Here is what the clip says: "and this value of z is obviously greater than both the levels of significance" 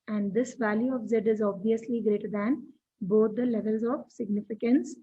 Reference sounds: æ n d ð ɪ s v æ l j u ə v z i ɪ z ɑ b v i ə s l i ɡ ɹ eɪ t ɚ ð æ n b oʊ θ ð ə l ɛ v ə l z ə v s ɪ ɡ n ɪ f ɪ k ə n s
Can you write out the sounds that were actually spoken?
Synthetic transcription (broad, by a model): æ n d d ɪ s v æ l j u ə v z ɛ ɪ z ɑ b v i ə s l i ɡ ɹ eɪ t ɚ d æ n b oʊ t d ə l ɛ v ə l z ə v s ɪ ɡ n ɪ f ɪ k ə n s